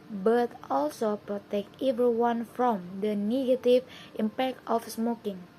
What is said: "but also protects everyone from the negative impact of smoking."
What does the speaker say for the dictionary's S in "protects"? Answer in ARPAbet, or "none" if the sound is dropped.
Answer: none